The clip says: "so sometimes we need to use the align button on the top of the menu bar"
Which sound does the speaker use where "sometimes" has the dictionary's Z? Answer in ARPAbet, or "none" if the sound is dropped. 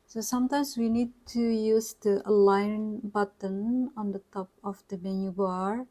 S